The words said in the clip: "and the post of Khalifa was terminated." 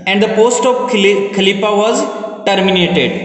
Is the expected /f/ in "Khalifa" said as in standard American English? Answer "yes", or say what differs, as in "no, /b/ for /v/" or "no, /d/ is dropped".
no, /p/ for /f/